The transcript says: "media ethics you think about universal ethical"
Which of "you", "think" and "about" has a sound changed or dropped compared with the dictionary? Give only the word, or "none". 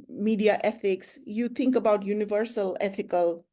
think